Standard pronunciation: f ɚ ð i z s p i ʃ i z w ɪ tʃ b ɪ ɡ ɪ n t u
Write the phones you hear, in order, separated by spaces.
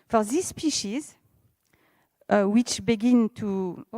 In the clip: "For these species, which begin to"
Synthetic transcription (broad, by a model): f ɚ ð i s p i ʃ i z w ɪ tʃ b ɪ ɡ ɪ n t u